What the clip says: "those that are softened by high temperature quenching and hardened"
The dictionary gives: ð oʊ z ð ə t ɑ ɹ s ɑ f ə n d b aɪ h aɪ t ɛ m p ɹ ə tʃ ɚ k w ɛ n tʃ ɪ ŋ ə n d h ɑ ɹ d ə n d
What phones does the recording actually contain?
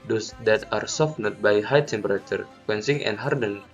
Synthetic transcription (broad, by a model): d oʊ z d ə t ɑ ɹ s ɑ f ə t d b aɪ h aɪ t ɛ m p ɹ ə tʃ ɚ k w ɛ n s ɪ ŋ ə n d h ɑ ɹ d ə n